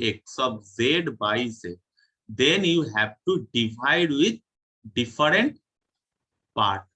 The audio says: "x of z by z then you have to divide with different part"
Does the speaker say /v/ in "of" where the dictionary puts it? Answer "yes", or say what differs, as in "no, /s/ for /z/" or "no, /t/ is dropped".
no, /b/ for /v/